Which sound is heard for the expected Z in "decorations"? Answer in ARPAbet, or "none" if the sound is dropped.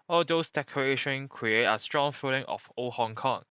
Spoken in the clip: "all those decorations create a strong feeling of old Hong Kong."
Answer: none